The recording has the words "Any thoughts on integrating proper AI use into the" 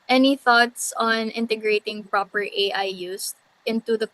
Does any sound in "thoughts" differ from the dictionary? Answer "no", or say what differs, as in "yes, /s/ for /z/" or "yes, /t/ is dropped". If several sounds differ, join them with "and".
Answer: no